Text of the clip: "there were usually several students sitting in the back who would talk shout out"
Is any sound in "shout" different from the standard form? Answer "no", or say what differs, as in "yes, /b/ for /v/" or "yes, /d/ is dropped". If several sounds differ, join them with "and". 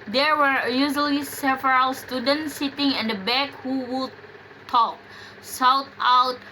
yes, /s/ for /ʃ/